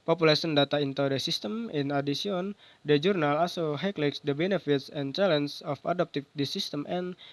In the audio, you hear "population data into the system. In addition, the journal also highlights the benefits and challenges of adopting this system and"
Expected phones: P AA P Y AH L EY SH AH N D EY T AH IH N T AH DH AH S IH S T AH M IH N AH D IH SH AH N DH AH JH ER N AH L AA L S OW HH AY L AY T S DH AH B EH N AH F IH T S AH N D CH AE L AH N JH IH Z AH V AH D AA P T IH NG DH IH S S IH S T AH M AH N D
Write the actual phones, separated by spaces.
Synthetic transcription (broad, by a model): P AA P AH L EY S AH N D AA T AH IH N T AH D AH S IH S T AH M IH N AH D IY S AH N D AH JH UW N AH L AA S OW HH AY L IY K S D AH B EH N AH F IH T S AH N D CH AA L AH N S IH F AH D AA P T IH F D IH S S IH S T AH M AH N